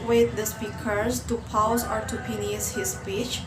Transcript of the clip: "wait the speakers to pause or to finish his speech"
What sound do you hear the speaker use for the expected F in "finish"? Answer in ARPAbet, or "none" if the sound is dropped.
P